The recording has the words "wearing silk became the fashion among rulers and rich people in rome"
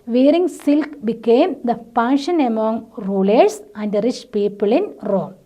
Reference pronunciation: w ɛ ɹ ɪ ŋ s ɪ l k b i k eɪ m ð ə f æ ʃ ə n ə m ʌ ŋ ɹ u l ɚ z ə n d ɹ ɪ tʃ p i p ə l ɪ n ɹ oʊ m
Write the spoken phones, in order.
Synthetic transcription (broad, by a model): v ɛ ɹ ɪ ŋ s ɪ l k b i k eɪ m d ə p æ ʃ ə n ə m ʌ ŋ ɹ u l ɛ s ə n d ɹ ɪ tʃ p i p ə l ɪ n ɹ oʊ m